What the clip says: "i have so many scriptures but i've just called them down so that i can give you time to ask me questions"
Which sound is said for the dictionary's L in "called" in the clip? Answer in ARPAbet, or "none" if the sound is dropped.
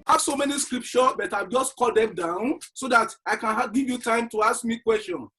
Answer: none